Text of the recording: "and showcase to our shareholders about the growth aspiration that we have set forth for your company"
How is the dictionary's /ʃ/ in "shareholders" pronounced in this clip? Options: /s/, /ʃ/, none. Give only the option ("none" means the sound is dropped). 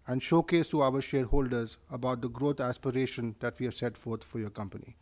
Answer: /ʃ/